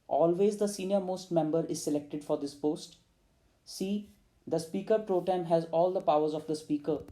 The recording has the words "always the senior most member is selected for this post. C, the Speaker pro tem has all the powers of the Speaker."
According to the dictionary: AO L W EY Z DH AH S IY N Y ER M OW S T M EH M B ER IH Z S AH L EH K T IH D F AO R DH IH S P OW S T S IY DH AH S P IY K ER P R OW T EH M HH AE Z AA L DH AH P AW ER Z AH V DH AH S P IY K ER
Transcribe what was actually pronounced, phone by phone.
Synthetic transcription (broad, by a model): AO L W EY Z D AH S IY N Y ER M OW S T M EH M B ER IH Z S AH L EH K T IH D F AO R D IH S P OW S T S IY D AH S P IY K ER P R OW T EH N HH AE Z AA L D AH P AW ER Z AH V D AH S P IY K ER